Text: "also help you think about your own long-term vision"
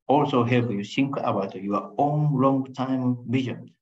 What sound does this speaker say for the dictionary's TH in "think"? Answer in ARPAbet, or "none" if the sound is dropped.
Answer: S